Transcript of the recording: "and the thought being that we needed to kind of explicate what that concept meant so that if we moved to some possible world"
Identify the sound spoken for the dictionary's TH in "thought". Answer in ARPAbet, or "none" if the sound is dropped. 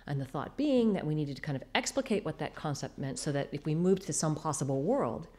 TH